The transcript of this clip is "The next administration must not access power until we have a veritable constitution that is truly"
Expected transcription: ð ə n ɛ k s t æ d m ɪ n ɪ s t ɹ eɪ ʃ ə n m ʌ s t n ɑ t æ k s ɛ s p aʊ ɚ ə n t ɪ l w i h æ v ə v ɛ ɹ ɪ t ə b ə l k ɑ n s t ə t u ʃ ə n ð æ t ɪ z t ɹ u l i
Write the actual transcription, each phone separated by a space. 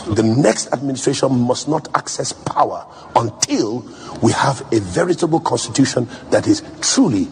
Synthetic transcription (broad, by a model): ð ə n ɛ k s t æ d m ɪ n ɪ s t ɹ eɪ ʃ ə n m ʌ s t n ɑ t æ k s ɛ s p aʊ ɚ ə n t ɪ l w i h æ v ə v ɛ ɹ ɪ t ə b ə l k ɑ n s t ə t u ʃ ə n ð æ t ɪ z t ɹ u l i